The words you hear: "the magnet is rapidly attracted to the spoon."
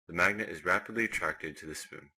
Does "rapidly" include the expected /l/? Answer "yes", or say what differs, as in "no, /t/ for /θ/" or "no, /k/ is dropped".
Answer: yes